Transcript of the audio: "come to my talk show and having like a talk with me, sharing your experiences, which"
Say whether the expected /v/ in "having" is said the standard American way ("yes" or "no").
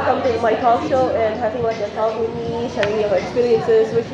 no